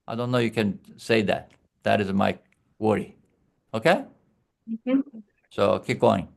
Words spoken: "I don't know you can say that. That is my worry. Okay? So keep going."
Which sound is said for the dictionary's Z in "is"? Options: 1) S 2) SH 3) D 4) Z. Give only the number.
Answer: 4